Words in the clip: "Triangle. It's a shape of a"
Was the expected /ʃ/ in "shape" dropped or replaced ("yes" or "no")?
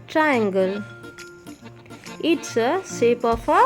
yes